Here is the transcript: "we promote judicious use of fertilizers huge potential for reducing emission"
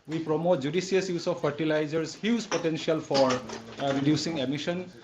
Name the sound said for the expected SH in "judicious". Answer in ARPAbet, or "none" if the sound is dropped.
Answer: S